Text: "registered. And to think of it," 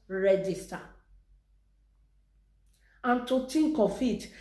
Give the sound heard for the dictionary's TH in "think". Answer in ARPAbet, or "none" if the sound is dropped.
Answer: T